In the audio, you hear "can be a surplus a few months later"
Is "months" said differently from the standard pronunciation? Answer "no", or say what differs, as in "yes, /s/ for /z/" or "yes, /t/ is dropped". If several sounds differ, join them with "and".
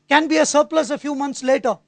yes, /t/ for /θ/